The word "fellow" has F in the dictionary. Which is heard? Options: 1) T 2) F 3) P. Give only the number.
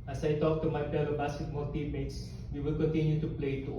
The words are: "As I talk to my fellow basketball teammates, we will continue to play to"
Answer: 3